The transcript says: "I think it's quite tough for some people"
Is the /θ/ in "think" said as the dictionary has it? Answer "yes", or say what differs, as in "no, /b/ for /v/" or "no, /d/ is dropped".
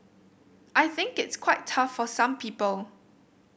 yes